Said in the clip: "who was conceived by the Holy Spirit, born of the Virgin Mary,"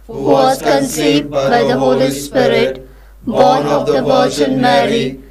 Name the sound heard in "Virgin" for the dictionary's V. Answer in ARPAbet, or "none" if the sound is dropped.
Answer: P